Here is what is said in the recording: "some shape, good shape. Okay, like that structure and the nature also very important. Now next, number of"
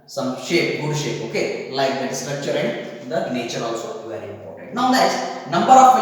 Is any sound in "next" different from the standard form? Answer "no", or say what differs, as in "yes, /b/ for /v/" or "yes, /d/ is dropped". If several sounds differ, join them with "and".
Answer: yes, /k/ is dropped